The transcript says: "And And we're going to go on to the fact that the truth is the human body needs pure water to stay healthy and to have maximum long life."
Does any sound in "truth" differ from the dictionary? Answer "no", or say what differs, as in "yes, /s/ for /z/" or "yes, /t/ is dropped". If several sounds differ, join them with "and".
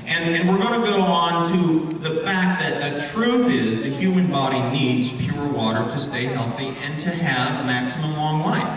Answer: no